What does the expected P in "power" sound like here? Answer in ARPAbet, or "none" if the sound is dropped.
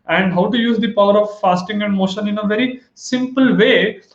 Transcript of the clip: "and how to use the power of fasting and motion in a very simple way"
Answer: P